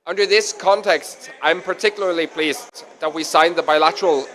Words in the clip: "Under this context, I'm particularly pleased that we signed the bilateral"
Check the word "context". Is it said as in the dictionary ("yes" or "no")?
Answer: yes